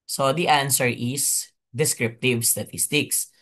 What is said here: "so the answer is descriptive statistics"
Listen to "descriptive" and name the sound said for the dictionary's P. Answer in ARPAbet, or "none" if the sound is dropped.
P